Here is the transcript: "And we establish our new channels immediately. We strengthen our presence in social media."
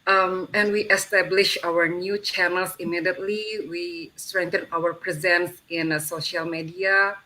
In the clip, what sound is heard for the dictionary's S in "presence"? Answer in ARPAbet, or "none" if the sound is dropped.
S